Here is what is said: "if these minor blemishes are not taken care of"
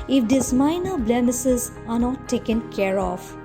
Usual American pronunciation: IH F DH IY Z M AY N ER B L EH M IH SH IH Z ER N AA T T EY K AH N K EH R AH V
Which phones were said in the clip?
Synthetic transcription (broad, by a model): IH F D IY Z M AY N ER B L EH M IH S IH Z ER N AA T T EY K AH N K EH R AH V